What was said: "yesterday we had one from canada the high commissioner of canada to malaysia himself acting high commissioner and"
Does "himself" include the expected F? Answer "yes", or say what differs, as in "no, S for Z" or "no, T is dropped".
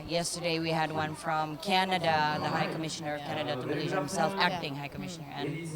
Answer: yes